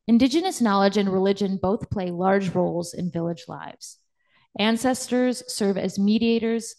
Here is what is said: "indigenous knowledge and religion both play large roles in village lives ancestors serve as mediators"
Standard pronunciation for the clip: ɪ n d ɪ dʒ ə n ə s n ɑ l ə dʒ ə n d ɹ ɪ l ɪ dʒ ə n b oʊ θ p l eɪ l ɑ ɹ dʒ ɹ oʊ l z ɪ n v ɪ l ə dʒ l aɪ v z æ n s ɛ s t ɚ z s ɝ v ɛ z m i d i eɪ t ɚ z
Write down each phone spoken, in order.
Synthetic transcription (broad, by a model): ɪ n d ɪ dʒ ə n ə s n ɑ l ə dʒ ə n ɹ ɪ l ɪ dʒ ə n b oʊ θ p l eɪ l ɑ ɹ dʒ ɹ oʊ l z ɪ n v ɪ l ə dʒ l aɪ v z æ n s ɛ s t ɚ z s ɝ v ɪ z m i d i eɪ t ɚ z